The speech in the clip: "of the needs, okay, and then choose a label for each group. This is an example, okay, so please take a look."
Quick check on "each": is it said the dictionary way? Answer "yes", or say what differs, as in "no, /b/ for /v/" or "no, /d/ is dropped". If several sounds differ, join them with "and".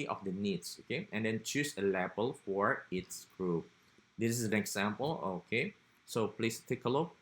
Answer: no, /s/ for /tʃ/